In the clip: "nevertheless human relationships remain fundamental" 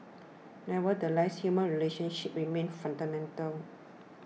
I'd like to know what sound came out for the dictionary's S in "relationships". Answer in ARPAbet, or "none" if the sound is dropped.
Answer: none